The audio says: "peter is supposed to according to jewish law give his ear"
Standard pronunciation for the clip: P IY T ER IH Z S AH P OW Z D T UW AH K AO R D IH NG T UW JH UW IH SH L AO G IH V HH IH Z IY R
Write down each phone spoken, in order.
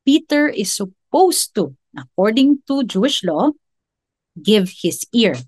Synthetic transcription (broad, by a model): P IY T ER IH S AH P OW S T UW AH K AO R D IH NG T UW JH UW IH SH L AO G IH V HH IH S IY R